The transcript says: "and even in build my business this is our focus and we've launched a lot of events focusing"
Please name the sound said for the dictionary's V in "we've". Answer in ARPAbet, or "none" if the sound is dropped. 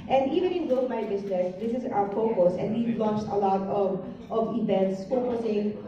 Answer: B